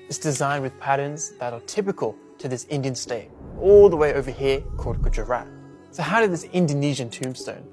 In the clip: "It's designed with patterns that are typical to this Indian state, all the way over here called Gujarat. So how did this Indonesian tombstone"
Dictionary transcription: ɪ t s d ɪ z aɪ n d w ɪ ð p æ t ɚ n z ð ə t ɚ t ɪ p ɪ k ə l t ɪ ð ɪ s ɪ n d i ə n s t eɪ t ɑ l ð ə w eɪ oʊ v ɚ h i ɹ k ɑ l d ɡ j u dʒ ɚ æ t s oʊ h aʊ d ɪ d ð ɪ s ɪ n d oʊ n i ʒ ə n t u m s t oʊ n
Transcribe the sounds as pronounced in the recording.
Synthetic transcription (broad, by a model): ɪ s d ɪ z aɪ n w ɪ ð p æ t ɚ n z ð ə t ɚ t ɪ p ɪ k ə l t ɪ ð ɪ s ɪ n d i ə n s t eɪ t ɑ l ð ə w eɪ oʊ v ɚ h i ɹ k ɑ d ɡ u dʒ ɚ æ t s oʊ h aʊ d ɪ d ð ɪ s ɪ n d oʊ n i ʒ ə n t u m s t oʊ n